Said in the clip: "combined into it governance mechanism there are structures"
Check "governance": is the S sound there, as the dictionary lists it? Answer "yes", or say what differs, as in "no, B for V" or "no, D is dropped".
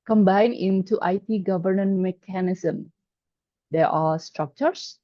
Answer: no, S is dropped